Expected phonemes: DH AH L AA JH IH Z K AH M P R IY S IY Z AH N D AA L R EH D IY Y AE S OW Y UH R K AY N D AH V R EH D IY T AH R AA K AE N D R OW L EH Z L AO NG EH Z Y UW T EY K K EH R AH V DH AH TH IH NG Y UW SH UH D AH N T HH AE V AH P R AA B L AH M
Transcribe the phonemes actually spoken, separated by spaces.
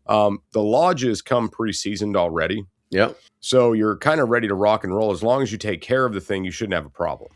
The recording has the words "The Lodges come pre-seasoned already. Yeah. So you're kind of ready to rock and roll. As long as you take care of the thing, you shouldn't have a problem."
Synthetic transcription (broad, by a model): DH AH L AA JH IH Z K AH M P R IY S IY Z AH N D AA L R EH D IY Y AE S OW Y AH R K AY N D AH R EH D IY T AH R AA K N R OW L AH Z L AO NG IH Z Y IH T EY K K EH R AH V DH AH TH IH NG Y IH SH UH D N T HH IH V AH P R AA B L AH M